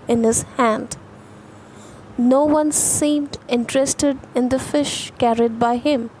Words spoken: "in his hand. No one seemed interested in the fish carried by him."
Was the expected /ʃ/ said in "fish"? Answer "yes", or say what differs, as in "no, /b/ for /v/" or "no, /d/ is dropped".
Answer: yes